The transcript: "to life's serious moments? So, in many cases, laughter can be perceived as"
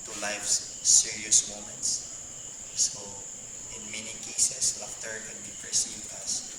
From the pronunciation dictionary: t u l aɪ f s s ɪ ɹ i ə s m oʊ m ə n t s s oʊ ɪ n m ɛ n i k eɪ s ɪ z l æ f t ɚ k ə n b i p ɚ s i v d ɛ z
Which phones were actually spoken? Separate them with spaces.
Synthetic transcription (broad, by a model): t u l aɪ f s s ɪ ɹ i ə s m oʊ m ə n t s s oʊ ɪ n m ɛ n i k eɪ s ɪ s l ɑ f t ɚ k ə n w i p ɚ s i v ɑ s